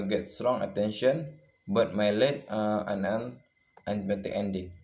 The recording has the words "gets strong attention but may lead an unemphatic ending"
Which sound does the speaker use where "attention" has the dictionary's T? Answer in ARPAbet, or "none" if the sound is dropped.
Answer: T